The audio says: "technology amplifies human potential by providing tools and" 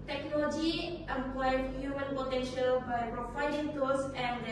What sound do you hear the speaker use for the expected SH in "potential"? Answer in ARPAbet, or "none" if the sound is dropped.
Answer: SH